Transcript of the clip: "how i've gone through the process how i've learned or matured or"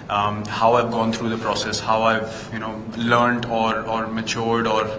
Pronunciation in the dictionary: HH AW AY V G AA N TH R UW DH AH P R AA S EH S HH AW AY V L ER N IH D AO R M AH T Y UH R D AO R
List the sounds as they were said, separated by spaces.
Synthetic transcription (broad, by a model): HH AW AY V G AA N T R UW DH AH P R AA S EH S HH AW AY V L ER N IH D AO R M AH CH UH R D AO R